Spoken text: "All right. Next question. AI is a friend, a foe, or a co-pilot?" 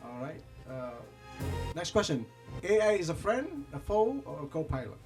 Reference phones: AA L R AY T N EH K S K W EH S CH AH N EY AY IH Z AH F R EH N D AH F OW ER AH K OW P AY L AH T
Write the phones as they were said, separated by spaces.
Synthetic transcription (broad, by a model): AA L R AY T N EH K S K W EH S CH AH N EY AY IH Z AH F R EH N D AH F OW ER AH K OW P AY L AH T